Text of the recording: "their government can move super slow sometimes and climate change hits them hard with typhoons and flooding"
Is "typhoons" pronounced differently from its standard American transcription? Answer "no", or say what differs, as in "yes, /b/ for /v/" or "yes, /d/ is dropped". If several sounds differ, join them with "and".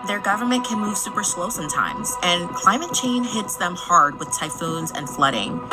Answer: no